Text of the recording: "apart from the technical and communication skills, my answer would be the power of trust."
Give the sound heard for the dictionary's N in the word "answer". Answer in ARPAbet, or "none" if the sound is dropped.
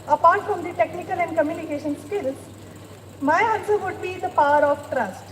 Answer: L